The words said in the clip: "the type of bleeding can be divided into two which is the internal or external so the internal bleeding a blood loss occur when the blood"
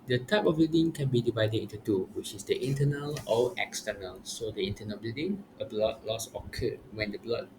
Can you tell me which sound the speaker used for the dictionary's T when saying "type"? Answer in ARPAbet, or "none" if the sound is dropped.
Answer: T